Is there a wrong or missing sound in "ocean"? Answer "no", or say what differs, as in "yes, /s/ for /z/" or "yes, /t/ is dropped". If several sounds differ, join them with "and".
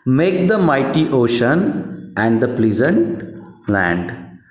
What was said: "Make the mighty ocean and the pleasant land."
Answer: no